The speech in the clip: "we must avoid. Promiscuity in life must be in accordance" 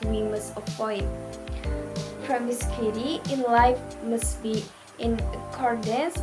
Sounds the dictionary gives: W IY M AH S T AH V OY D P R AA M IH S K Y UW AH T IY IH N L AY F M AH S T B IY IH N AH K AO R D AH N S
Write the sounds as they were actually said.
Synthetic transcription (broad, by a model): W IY M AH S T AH F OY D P R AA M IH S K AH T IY IH N L AY F M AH S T B IY IH N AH K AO R D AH N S